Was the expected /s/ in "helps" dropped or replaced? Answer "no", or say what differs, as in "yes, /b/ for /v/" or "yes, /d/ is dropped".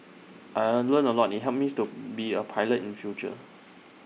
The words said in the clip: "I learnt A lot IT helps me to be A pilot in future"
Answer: yes, /s/ is dropped